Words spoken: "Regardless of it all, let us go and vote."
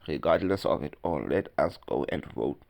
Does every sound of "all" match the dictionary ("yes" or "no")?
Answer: no